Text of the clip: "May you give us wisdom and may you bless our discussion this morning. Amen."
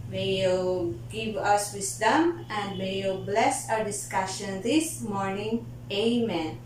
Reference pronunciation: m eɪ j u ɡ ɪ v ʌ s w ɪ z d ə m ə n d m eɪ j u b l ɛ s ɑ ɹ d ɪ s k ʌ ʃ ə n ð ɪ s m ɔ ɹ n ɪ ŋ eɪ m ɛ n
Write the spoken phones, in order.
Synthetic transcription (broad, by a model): m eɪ j u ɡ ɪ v ʌ s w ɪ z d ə m ə n d m eɪ j u b l ɛ s ɑ ɹ d ɪ s k ʌ ʃ ə n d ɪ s m ɔ ɹ n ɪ ŋ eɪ m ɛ n